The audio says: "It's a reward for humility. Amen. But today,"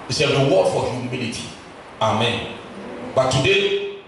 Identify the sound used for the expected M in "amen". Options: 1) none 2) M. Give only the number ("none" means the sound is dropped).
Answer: 2